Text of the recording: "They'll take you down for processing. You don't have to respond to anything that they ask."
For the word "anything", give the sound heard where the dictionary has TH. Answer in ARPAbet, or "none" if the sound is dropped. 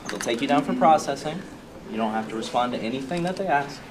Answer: TH